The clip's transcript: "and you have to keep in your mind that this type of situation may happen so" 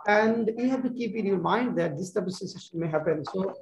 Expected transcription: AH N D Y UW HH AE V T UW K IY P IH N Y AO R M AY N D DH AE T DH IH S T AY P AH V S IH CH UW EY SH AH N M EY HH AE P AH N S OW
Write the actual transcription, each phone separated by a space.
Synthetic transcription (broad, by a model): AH N D Y UW HH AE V T UW K IY P IH N Y AO R M AY N D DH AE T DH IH S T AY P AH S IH S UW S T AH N M EY HH AE P AH N S OW